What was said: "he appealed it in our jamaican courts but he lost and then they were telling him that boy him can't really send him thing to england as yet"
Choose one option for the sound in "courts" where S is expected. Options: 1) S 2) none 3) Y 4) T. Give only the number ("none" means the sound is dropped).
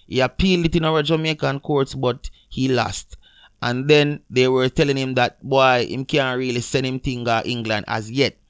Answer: 1